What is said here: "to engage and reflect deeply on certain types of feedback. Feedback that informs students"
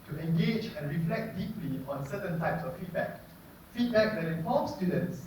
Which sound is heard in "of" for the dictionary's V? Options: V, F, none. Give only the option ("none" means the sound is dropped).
F